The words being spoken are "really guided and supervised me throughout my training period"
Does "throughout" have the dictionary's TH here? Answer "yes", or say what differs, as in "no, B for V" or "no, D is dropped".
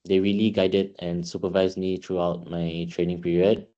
no, T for TH